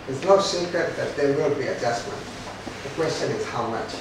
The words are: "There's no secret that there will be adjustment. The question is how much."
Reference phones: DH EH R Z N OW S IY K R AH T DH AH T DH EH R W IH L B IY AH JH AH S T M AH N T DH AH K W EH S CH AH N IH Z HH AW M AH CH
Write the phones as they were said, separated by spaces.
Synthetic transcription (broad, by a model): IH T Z N OW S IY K AH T DH AH T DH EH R W IH L B IY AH JH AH S M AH N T DH AH K W EH S CH AH N IH Z HH AW M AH CH